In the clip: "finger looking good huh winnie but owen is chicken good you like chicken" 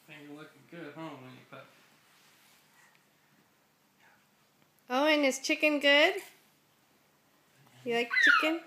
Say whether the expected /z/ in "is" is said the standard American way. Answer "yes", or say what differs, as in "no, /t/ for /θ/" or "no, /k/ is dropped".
no, /s/ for /z/